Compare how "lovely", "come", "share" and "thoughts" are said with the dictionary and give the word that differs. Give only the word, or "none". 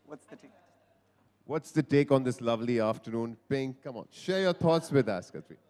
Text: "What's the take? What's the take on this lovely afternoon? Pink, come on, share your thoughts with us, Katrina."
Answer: thoughts